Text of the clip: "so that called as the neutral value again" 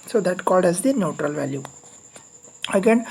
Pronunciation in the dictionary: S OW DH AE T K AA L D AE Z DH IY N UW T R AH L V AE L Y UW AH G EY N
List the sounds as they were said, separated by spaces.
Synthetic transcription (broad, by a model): S OW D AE T K AA L D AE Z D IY N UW T R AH L V AE L Y UW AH G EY N